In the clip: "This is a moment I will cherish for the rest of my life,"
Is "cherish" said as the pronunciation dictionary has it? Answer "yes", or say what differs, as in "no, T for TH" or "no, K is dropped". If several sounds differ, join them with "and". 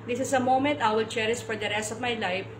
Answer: no, S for SH